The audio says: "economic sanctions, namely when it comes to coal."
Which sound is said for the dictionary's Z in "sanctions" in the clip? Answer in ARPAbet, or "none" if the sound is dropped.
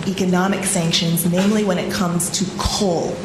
Z